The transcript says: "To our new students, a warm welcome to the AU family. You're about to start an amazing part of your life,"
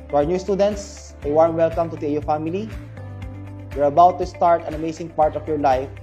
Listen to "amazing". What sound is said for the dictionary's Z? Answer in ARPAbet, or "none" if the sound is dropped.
S